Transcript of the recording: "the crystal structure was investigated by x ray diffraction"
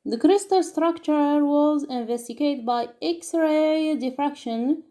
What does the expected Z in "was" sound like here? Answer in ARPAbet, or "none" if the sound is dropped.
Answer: Z